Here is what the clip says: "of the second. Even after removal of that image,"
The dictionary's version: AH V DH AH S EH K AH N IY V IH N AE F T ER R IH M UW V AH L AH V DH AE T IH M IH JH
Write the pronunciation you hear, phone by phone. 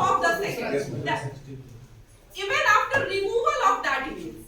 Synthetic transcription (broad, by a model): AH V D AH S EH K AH IY V IH N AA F T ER R IH M UW V AH L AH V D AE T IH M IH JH